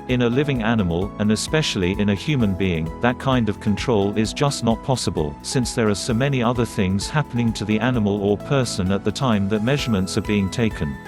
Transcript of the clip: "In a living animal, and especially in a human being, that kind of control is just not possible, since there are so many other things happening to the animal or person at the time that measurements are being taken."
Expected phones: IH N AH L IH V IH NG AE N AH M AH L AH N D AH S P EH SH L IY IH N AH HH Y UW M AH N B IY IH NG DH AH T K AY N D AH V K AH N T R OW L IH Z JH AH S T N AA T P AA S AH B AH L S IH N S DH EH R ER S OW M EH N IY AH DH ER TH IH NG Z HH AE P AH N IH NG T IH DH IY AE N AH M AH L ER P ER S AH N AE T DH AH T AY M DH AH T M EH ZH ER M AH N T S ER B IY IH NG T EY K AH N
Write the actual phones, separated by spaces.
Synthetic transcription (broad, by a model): IH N AH L IH V IH NG AE N AH M AH L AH N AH S P EH SH L IY IH N AH HH Y UW M AH N B IY IH NG DH AH T K AY N D AH V K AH N T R OW L IH Z JH AH S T N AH T P AA S AH B AH L S IH N S DH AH R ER S OW M EH N IY AH DH ER TH IH NG Z HH AE P AH N IH NG T IH DH IY AE N AH M AH L ER P ER S AH N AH T DH AH T AY M DH AH T M EH ZH ER M AH N T S ER B IY IH NG T EY K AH N